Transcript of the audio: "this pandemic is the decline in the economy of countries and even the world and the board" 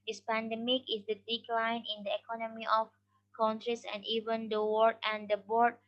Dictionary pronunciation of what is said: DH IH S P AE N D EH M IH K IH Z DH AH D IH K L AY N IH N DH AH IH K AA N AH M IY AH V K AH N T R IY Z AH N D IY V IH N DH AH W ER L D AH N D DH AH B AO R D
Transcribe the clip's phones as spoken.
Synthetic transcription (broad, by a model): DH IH S P AE N D EH M IH K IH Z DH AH D IH K L AY N IH N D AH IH K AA N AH M IY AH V K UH N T R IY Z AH N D IY V IH N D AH W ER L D AH N D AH B AO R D